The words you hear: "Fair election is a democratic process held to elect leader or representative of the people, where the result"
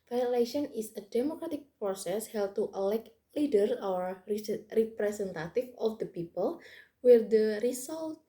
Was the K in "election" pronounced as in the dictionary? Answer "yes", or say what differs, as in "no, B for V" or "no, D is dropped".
no, K is dropped